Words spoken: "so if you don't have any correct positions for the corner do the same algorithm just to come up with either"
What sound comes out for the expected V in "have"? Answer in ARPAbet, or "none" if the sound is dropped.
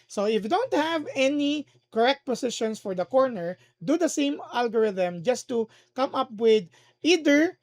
V